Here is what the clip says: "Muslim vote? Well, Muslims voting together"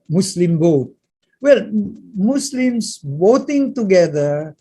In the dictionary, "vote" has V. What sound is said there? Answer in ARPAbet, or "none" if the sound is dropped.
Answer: B